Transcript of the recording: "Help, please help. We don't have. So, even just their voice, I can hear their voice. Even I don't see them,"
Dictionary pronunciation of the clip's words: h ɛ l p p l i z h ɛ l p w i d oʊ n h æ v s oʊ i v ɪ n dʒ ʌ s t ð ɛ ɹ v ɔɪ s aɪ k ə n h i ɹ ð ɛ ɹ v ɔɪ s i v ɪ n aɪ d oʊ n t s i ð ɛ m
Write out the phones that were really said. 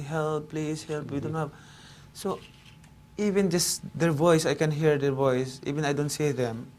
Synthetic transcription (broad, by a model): h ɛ l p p l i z h ɛ l p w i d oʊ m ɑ p s oʊ i v ɪ n dʒ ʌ s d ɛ ɹ v ɔɪ s aɪ k ə n h i ɹ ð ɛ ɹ v ɔɪ s i v ɪ n aɪ d oʊ n t s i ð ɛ m